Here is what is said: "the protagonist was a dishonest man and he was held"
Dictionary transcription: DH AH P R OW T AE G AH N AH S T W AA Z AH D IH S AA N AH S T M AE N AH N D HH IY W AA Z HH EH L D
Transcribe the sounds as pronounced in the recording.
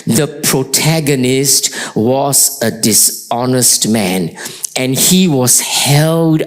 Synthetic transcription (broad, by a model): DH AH P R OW T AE G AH N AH S T W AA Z AH D IH S AA N AH S T M AE N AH N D HH IY W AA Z HH EH L D